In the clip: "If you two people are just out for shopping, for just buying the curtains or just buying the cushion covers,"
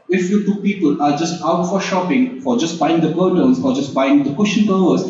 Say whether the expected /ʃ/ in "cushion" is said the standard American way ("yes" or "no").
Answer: yes